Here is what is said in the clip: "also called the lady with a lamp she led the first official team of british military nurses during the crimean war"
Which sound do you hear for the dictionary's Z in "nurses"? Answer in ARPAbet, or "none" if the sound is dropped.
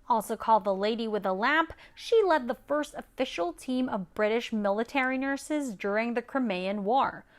Z